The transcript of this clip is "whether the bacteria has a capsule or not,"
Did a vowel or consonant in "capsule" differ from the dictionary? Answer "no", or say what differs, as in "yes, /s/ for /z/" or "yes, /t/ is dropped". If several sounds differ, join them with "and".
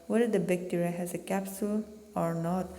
no